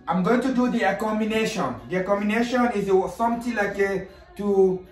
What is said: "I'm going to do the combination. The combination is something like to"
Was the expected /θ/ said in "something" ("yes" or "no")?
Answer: no